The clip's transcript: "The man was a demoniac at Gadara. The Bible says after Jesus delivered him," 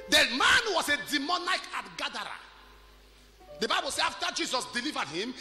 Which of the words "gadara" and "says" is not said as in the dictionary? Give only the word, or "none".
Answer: says